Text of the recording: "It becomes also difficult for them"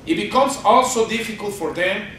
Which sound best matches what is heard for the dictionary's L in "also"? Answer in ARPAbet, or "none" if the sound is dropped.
L